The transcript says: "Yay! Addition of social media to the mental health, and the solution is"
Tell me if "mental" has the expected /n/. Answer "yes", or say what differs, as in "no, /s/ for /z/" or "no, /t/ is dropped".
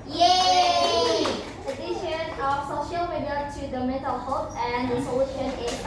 no, /n/ is dropped